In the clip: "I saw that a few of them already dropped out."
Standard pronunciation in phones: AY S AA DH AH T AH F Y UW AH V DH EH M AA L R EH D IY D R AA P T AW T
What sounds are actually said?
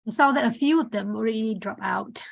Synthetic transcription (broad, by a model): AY S AA DH AH T AH F Y UW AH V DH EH M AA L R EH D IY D R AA P AW T